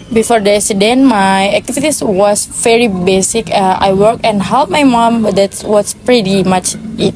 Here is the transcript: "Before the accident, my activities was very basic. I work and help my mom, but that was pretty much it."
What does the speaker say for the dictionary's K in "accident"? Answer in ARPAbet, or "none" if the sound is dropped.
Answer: none